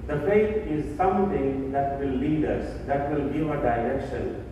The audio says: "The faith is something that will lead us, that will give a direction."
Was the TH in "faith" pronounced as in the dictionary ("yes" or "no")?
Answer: no